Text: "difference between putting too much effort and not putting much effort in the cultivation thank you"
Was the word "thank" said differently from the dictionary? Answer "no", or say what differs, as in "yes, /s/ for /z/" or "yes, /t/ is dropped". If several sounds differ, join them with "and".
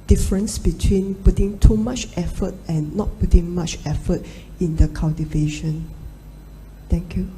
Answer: yes, /t/ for /θ/